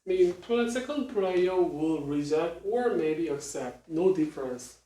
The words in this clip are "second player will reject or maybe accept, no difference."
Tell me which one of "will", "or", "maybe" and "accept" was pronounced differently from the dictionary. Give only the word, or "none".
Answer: none